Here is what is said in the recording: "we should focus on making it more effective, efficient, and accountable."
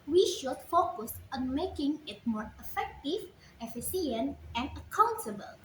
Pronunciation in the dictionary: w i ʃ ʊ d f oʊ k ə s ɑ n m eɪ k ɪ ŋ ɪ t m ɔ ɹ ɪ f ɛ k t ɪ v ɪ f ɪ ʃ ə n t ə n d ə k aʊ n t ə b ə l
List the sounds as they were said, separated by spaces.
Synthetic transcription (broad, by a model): w i ʃ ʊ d f oʊ k ə s ɑ n m eɪ k ɪ ŋ ɪ t m ɔ ɹ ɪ f ɛ k t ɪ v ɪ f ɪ s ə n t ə n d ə k aʊ n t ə b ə l